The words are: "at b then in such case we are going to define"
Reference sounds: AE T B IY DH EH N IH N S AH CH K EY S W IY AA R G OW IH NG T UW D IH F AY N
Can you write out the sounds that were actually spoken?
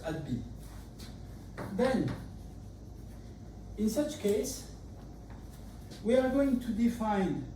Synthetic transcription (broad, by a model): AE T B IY DH EH N IH N S AH CH K EY S W IY AA R G OW IH NG T UW D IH F AY N